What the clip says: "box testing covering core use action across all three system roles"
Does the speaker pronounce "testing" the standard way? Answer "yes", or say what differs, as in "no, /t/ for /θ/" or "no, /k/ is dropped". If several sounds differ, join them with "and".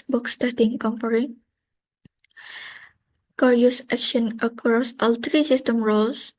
no, /s/ is dropped